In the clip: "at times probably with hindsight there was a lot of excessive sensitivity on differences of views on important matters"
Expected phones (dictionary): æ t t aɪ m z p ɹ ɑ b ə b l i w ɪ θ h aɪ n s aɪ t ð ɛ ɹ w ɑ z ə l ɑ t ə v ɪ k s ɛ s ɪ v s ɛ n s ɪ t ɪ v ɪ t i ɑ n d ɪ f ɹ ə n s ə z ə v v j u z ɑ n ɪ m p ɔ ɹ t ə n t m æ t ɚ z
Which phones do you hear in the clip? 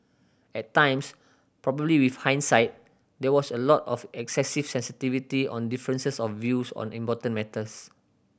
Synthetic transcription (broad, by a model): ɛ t t aɪ m s p ɹ ɑ b ə b l i w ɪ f h aɪ n s aɪ t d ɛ w ɑ s ə l ɑ t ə f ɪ k s ɛ s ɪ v s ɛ n s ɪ t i v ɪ t i ɑ n d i f ɹ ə n s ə s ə f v j u s ɑ n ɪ m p ɔ t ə n m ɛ t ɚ s